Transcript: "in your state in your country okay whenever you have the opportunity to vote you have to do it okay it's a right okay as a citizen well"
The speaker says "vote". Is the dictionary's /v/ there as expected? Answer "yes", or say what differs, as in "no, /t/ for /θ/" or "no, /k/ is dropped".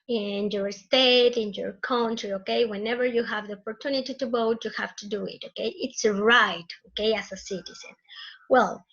no, /b/ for /v/